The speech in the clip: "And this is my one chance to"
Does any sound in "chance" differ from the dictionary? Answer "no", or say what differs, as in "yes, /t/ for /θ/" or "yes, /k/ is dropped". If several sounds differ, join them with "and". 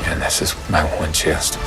yes, /n/ is dropped